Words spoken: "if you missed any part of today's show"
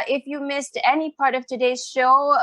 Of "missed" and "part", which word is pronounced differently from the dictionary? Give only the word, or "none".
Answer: none